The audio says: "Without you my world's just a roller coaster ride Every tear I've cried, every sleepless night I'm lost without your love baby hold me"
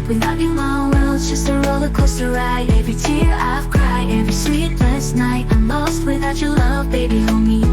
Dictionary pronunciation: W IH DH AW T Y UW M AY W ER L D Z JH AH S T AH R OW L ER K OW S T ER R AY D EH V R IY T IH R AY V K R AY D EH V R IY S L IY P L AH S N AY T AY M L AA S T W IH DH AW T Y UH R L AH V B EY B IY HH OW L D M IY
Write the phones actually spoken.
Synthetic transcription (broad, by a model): W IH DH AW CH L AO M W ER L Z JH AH S T AH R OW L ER K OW S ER R AY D EH V R IY T IH R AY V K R AY EH V R IY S IY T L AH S N AY T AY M L AA S T W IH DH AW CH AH R L AH V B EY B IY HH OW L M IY